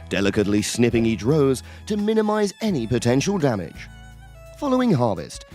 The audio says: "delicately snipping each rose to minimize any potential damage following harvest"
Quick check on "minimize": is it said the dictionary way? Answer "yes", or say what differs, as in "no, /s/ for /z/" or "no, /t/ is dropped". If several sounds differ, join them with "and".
yes